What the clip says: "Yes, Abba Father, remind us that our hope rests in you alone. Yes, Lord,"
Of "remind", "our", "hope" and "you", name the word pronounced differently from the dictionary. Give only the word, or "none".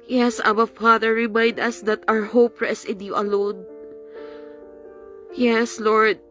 none